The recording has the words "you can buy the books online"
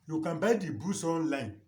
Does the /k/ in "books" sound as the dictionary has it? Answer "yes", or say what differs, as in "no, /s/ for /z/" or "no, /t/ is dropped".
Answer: no, /k/ is dropped